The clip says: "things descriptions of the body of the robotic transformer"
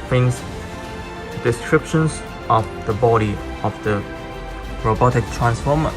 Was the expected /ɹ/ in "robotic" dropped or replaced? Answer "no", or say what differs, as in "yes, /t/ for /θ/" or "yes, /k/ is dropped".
no